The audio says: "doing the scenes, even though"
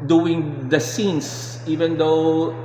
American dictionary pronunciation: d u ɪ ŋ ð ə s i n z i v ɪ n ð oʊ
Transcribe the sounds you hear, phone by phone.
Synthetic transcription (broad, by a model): d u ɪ ŋ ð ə s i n s i v ɪ n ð oʊ